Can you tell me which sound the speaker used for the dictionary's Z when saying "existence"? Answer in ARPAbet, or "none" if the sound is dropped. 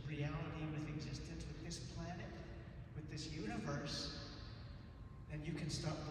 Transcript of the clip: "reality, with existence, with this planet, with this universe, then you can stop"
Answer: Z